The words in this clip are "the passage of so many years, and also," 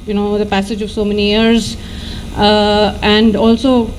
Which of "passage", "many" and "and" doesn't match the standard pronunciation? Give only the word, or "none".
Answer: none